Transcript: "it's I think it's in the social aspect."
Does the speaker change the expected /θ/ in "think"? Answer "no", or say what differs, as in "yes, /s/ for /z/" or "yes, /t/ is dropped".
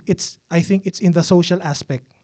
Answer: no